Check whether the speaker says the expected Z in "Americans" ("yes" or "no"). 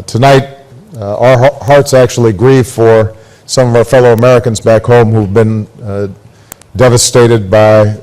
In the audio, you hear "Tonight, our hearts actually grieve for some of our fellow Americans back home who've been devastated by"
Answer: yes